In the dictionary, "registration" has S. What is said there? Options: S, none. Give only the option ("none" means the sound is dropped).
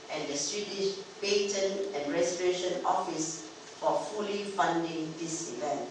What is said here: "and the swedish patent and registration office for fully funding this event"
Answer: none